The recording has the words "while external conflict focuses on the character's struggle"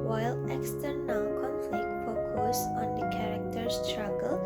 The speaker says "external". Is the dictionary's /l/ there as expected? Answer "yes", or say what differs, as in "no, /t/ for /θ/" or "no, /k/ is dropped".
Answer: no, /n/ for /l/